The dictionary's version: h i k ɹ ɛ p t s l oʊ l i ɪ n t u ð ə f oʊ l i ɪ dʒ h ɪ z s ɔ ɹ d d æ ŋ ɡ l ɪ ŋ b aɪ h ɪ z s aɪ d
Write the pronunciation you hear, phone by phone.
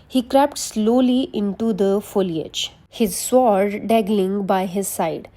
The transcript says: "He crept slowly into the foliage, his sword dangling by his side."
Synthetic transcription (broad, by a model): h i k ɹ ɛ p t s l oʊ l i ɪ n t u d ə f oʊ l i ɪ dʒ h ɪ z s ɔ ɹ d d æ ɡ l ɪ ŋ b aɪ h ɪ z s aɪ d